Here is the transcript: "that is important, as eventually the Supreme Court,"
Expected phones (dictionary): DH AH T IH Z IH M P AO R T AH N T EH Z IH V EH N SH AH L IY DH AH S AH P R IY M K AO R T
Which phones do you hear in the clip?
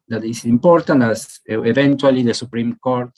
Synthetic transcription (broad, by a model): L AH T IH S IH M P AO R T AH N AA S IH B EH N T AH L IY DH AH S AH P R IY M K AO R T